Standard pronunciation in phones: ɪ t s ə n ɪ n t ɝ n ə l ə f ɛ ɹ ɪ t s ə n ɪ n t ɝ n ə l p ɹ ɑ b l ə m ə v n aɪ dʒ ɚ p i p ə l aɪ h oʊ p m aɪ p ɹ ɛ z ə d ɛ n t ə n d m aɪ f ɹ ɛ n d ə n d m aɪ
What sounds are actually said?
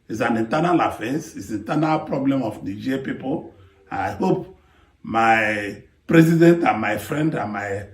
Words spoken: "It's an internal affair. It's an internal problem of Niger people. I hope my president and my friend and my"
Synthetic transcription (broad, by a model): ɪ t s ə n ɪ n t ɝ n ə l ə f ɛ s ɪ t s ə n n t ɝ n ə l p ɹ ɑ b l ə m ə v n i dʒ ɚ p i p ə n aɪ h oʊ p m aɪ p ɹ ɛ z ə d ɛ n t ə n m aɪ f ɹ ɛ n d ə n m aɪ